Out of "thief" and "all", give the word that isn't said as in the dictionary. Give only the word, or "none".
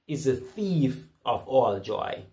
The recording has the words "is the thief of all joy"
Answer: none